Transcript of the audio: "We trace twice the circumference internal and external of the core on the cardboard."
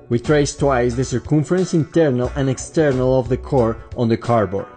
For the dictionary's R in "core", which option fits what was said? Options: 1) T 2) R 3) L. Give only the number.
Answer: 2